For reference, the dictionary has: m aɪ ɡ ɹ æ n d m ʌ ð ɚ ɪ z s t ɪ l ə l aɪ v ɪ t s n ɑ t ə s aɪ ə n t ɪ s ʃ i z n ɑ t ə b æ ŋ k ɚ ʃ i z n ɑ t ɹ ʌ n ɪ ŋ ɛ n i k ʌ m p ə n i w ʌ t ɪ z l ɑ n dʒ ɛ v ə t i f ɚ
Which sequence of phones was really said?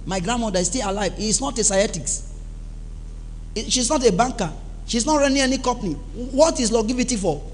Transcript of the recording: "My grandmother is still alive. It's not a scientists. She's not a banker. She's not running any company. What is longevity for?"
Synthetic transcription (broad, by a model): m aɪ ɡ ɹ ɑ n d m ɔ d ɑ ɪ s t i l ə l aɪ v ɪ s n ɑ t ə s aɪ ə t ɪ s ʃ i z n ɑ t ə b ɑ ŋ k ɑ ʃ i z n ɑ t ɹ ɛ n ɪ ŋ ɛ n i k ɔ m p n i w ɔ t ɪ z l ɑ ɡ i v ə t i f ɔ